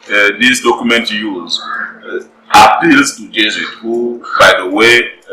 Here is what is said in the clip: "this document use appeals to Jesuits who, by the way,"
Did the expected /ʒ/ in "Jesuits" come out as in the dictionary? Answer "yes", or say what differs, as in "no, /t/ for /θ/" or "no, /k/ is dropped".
no, /z/ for /ʒ/